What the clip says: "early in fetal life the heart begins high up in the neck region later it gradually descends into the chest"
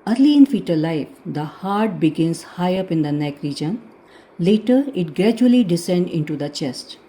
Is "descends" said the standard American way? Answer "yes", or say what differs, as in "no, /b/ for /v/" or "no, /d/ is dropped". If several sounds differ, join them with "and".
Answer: no, /z/ is dropped